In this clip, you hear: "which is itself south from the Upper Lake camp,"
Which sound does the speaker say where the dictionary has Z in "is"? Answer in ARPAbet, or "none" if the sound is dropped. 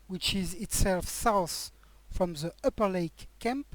Z